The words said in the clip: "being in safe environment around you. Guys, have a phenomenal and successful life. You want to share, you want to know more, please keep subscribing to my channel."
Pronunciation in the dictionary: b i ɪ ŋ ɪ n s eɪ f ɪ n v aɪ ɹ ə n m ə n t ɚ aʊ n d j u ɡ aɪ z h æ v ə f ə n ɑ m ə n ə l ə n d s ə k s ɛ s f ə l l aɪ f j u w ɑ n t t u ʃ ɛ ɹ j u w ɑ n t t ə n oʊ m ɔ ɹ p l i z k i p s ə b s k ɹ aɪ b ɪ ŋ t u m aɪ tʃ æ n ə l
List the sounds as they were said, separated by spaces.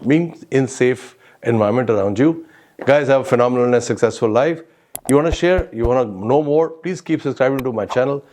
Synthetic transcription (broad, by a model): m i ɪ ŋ ɪ n s eɪ f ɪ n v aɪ ə m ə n t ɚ aʊ n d j u ɡ aɪ z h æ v ə f ə n ɑ m ə n ə l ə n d s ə k s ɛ s f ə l l aɪ f j u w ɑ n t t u ʃ ɛ ɹ j u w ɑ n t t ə n oʊ m ɔ ɹ p l i z k i p s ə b s k ɹ aɪ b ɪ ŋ t u m aɪ tʃ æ n ə l